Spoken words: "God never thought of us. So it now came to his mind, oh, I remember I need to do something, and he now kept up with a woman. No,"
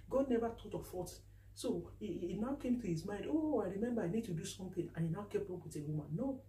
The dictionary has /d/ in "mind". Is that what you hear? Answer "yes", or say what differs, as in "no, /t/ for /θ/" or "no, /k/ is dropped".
yes